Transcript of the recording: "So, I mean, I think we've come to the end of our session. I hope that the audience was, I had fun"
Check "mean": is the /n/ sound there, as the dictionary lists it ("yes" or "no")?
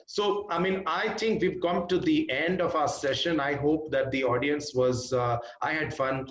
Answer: yes